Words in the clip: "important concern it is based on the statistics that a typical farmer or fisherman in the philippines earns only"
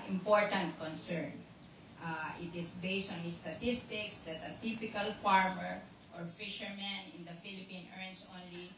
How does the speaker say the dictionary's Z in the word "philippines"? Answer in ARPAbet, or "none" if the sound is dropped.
none